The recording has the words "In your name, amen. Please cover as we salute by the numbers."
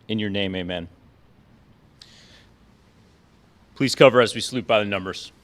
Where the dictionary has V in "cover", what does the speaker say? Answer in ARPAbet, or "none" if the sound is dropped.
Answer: V